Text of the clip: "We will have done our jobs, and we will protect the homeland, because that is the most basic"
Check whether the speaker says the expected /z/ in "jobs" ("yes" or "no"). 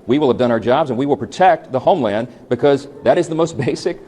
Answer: yes